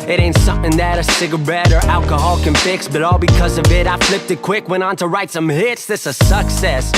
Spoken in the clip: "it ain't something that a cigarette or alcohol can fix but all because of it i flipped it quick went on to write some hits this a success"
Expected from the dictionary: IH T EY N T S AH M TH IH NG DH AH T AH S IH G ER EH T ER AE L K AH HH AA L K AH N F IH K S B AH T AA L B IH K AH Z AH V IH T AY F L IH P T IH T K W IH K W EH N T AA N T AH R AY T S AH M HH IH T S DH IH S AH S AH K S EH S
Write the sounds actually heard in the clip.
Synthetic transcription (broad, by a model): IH T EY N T S AH M TH IH NG DH AH T AH S IH G ER EH T ER AE L K AH HH AA L K AH N F IH K S B AH T AA L B IH K AH Z AH V IH T AY F L IH P T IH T K W IH K W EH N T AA N T AH R AY T S AH M HH IH T S DH IH S AH S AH K S EH S